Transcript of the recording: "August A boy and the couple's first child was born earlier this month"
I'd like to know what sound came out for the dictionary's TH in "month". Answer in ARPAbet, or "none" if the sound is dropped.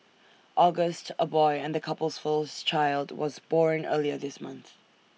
TH